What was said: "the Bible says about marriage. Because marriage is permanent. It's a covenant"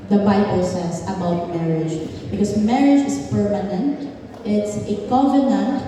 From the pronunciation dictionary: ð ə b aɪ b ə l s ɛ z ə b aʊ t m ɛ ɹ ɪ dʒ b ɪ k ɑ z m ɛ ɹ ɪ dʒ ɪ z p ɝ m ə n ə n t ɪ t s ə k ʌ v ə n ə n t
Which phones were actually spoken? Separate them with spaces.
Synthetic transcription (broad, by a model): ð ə b aɪ b ə l s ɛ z ə b aʊ t m ɛ ɹ ɪ dʒ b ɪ k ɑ s m ɛ ɹ ɪ dʒ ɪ s p ɝ m ə n ə n t ɪ t s ə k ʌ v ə n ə n t